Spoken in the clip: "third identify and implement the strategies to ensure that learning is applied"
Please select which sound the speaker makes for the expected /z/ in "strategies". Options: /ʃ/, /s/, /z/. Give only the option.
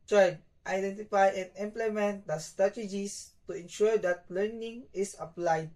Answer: /s/